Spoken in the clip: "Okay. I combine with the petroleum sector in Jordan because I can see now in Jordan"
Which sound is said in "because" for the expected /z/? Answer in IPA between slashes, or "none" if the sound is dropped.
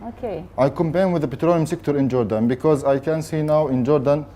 /z/